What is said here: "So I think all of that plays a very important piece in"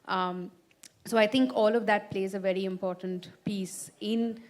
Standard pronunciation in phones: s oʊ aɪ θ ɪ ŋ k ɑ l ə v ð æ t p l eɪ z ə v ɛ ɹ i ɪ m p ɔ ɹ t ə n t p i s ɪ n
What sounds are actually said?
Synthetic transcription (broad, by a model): s oʊ aɪ t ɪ ŋ k ɑ l ə v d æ t p l eɪ z ə v ɛ ɹ i ɪ m p ɔ ɹ t ə n t p i s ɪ n